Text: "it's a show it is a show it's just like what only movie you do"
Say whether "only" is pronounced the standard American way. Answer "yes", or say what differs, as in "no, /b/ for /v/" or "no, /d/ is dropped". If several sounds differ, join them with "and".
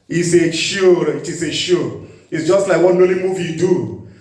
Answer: no, /n/ is dropped